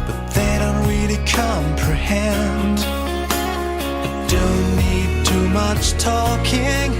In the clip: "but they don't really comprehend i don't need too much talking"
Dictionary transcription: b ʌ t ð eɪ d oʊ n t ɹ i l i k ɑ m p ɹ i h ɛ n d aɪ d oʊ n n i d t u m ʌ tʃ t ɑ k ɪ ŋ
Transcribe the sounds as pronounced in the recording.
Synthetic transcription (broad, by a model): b ʌ t ð eɪ d oʊ n t w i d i k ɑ m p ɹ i h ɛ n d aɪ d oʊ n n i d t u m ʌ tʃ t ɑ k ɪ ŋ